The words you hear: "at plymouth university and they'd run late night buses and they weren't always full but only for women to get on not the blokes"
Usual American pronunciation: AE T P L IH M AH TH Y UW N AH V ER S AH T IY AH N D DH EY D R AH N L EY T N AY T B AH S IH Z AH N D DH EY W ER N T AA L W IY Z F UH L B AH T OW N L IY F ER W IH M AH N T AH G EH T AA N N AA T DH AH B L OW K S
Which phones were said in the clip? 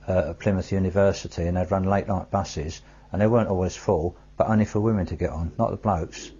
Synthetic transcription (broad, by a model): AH P L IH M AH TH Y UW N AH V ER S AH T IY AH N DH EY D R AH N L EY T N AY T B AH S IH Z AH N DH EY W ER N T AA L W IY Z F UH L B AH T OW N L IY F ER W IH M AH N T AH G EH T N N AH T DH AH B L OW K S